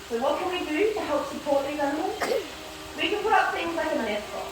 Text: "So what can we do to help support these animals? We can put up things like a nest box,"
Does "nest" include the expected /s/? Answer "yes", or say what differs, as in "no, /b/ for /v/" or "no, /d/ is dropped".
no, /s/ is dropped